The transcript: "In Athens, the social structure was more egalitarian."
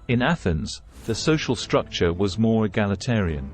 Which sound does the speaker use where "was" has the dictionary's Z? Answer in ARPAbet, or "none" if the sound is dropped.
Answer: Z